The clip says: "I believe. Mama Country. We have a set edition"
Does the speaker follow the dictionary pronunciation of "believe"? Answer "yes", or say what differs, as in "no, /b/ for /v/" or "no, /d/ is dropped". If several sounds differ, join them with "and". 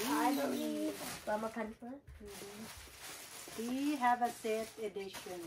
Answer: no, /l/ is dropped